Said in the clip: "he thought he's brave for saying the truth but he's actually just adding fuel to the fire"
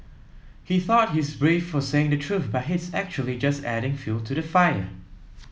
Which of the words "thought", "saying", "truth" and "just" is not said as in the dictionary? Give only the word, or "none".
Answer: none